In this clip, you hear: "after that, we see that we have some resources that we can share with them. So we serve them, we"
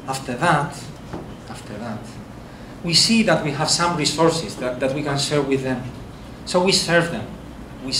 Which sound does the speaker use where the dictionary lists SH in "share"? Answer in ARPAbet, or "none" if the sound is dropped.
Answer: S